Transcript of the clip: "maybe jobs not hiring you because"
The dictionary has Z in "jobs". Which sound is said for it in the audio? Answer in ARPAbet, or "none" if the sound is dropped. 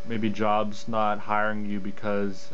Z